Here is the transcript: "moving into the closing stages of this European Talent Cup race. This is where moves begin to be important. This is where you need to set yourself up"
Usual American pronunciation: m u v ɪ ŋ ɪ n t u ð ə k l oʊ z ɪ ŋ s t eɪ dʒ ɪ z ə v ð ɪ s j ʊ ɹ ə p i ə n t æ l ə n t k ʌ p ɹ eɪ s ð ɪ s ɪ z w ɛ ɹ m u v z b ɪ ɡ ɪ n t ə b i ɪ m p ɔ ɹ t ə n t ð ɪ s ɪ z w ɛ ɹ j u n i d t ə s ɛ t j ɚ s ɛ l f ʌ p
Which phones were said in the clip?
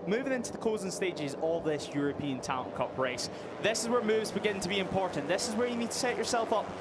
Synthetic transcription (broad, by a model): m u v ɪ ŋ ɪ n t u ð ə k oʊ z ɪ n s t eɪ dʒ ɪ z ə v ð ɪ s j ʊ ɹ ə p i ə n t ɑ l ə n k ʌ p ɹ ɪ s ð ɪ s ɪ z w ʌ ɹ m u v z b ɪ ɡ ɪ n t ə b i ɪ m p ɔ ɹ t n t ð ɪ s ɪ z w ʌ ɹ j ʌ n i d t ə s ɛ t ɚ s ɛ l f ʌ p